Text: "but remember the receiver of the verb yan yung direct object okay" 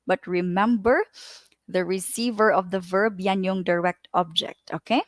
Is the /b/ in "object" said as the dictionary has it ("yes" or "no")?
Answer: yes